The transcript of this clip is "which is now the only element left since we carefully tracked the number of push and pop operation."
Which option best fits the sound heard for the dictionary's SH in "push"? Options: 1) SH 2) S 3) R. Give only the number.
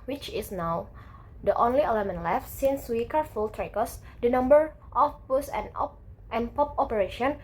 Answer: 2